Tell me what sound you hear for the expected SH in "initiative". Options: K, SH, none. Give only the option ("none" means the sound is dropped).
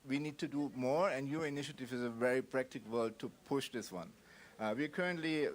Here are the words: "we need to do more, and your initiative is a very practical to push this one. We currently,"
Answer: SH